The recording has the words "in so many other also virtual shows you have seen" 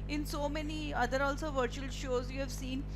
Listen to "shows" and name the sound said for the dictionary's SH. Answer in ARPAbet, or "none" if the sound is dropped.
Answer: SH